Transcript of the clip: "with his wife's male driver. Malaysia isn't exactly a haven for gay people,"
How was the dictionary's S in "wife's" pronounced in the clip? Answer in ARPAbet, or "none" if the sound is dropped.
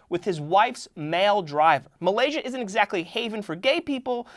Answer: S